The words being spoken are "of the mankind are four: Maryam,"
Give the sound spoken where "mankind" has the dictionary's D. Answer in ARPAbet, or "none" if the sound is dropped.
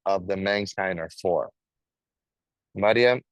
none